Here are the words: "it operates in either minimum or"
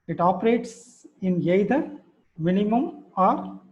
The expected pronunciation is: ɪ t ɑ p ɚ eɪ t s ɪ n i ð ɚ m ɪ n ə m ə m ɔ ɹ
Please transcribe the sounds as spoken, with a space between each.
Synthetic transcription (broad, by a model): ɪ t ɑ p ɚ eɪ t s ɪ n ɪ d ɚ m ɪ n ə m ə m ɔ ɹ